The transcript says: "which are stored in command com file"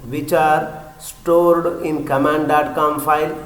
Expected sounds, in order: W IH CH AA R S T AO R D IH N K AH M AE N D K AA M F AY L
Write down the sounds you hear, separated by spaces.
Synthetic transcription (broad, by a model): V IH CH AA R S T AO R D IH N K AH M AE N D K AA M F AY L